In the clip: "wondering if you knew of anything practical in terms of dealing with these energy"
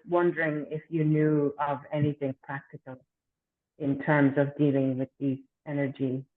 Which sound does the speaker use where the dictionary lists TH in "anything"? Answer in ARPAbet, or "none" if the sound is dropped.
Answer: TH